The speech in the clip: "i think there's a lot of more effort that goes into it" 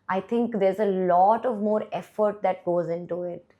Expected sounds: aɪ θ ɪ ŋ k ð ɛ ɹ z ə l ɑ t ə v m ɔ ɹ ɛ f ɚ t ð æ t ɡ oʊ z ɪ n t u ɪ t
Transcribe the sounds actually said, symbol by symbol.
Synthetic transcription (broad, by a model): aɪ t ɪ ŋ k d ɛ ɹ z ə l ɑ t ə v m ɔ ɹ ɛ f ɚ t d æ t ɡ oʊ z ɪ n t u ɪ t